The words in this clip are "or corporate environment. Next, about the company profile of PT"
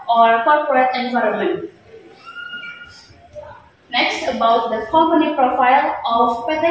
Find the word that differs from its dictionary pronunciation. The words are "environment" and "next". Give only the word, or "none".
none